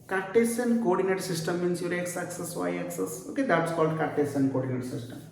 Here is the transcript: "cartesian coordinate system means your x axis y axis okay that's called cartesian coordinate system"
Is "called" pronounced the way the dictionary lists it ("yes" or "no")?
yes